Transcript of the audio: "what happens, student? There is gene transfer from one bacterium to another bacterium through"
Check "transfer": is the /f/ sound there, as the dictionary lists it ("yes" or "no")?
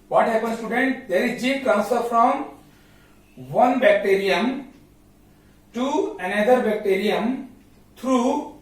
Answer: no